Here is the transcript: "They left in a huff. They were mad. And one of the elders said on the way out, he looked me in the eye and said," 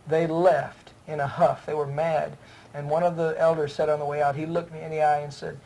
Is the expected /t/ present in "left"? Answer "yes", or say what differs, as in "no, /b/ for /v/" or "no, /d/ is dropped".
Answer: yes